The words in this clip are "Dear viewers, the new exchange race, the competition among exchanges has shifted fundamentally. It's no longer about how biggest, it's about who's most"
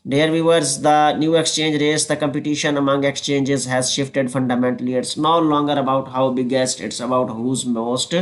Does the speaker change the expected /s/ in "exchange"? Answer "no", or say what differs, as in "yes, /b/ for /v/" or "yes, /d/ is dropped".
no